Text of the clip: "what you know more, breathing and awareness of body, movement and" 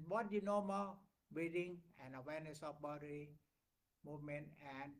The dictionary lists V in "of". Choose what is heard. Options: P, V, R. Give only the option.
P